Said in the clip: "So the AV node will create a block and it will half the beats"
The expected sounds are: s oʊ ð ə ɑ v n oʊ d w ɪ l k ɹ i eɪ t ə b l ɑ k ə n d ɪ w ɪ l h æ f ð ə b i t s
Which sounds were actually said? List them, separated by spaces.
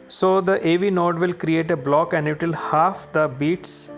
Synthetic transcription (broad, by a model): s oʊ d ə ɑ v n oʊ d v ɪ l k ɹ i eɪ t ə b l ɑ k ə n d ɪ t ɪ l h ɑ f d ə b i t s